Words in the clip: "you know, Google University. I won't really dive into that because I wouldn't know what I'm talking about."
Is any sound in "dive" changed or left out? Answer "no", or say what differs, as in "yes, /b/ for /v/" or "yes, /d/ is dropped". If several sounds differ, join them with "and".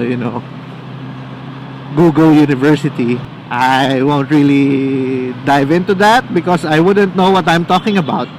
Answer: no